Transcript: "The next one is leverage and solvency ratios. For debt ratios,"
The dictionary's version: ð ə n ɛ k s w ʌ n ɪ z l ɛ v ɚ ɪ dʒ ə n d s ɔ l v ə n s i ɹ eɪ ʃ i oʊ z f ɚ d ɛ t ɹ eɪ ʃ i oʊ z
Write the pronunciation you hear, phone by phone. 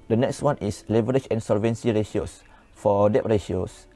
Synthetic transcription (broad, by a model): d ə n ɛ k s w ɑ n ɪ s l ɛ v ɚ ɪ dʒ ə n s ɔ l v ə n s i ɹ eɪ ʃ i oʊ s f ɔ d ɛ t ɹ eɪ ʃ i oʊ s